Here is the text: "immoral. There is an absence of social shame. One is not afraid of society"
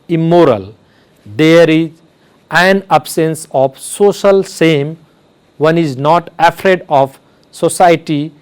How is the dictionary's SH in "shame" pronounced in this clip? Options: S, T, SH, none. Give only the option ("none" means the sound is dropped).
S